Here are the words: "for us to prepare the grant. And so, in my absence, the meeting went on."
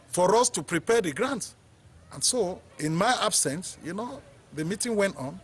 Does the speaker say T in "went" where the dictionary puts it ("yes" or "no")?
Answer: yes